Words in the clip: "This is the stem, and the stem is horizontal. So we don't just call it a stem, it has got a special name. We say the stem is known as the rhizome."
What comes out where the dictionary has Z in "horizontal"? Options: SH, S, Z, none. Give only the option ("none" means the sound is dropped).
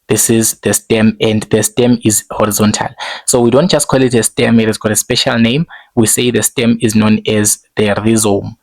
Z